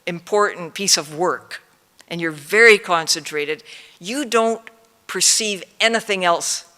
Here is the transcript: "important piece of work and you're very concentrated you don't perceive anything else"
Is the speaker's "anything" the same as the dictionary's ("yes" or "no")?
yes